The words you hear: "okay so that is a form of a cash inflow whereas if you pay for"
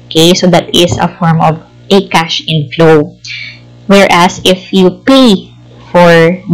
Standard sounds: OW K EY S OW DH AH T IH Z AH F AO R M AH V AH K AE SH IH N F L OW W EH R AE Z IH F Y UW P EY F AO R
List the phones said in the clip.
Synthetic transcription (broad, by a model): K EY S OW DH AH T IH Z AH F AO R M AH V AH K AE SH IH N F L OW W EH R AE S IH F Y UW P EY F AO R